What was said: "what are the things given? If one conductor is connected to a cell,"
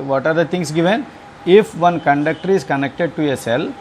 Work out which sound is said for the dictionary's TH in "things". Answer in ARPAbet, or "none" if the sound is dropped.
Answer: T